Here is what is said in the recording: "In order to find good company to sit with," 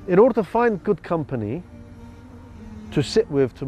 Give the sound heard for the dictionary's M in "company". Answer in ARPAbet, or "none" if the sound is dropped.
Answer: M